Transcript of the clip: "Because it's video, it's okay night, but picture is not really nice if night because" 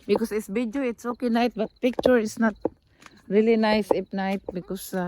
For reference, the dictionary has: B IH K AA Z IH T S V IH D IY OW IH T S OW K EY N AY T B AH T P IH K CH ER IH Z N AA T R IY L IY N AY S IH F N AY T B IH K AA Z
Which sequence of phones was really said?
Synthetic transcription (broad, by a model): B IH K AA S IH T S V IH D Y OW IH T S OW K EY N AY T B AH T P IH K CH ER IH S N AA T R IY L IY N AY S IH P N AY T B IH K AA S